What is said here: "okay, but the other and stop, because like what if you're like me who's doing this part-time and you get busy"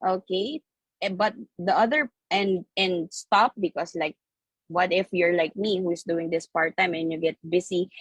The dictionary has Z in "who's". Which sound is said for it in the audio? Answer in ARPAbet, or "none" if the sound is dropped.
S